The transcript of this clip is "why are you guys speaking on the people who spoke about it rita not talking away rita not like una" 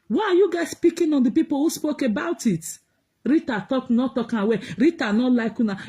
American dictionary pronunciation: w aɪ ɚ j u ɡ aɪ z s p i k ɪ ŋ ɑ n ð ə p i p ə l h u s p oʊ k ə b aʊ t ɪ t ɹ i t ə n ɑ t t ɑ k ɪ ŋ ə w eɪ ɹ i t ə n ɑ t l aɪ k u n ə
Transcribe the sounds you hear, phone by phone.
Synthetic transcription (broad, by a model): w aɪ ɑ j u ɡ aɪ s p i k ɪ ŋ ɑ n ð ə p i p ə l h u s p oʊ k ə b aʊ t ɪ t ɹ i t ə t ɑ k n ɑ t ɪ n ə w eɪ ɹ i t ə n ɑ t l aɪ k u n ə